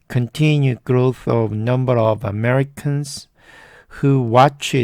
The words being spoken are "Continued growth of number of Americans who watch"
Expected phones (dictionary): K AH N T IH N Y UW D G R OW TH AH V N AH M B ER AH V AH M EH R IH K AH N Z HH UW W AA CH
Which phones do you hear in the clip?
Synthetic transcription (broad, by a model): K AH N T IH N Y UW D G R OW TH AH V N AH M B ER AH V AH M EH R IH K AH N Z HH UW W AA CH